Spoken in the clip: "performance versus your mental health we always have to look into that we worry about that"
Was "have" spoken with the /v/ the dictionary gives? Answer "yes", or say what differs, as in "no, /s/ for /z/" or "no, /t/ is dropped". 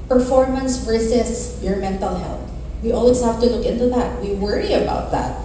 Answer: no, /f/ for /v/